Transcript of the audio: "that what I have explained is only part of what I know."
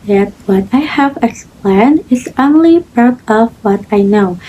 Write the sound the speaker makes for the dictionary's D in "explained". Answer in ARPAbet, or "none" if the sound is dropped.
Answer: none